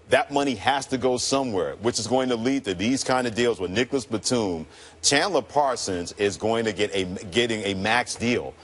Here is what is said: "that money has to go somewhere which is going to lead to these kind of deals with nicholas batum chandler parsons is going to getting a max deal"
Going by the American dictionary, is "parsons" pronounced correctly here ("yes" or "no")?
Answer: yes